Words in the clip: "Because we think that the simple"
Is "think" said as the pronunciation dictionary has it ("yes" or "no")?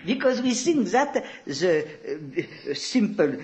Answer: no